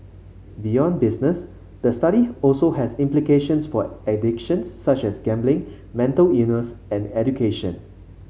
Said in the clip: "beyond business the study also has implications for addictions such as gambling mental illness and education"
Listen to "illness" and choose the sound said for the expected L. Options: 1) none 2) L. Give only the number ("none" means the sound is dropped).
1